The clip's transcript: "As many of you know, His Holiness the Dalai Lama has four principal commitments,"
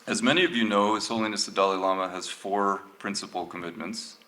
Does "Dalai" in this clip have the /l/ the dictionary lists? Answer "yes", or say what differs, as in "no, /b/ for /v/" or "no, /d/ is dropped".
yes